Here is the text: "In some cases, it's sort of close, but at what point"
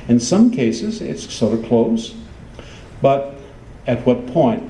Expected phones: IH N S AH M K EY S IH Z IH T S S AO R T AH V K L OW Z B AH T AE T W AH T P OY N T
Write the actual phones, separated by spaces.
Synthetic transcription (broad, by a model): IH N S AH M K EY S IH Z IH T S S AO R T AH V K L OW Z B AH T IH T W AH T P OY N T